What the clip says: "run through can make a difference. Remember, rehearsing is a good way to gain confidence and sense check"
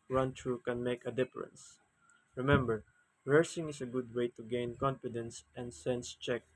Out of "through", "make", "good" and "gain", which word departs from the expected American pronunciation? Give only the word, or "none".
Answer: through